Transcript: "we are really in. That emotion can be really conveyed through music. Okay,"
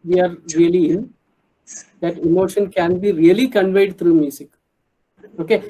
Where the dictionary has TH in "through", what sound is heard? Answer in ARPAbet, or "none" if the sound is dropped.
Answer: T